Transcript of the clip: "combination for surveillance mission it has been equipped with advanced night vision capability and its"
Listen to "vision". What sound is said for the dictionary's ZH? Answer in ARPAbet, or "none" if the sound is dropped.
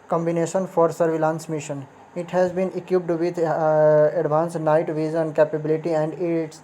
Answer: Z